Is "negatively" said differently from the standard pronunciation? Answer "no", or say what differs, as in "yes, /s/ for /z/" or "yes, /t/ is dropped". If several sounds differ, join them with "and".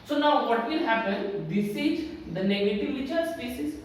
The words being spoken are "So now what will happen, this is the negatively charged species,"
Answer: yes, /l/ is dropped